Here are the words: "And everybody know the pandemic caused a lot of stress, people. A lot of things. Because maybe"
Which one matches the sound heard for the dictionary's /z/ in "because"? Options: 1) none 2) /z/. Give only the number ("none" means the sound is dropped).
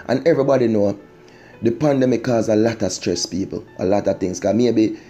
1